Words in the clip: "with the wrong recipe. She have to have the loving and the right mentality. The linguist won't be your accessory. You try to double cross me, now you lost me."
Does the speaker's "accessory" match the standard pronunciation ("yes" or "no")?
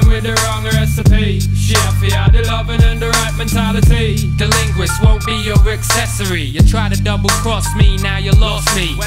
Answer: yes